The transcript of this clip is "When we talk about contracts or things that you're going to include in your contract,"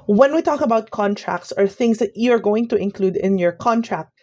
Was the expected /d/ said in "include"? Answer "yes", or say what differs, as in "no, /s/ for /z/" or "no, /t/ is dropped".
yes